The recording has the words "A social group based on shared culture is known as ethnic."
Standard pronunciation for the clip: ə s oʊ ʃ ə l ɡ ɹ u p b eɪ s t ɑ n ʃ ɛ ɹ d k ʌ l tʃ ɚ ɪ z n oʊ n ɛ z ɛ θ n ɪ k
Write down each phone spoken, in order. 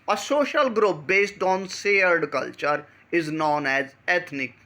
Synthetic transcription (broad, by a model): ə s oʊ ʃ ə l ɡ ɹ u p b eɪ s t ɑ n s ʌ ɹ d k ʌ l tʃ ɚ ɪ z n oʊ n ɛ z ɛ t n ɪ k